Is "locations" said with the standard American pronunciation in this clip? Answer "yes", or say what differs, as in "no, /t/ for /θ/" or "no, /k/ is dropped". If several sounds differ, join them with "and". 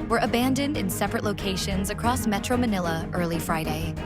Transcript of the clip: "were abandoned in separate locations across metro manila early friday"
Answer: yes